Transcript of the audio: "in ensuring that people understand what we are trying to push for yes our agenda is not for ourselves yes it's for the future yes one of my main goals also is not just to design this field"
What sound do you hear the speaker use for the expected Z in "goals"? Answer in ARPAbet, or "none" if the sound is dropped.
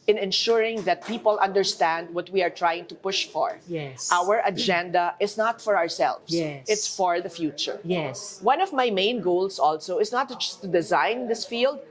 S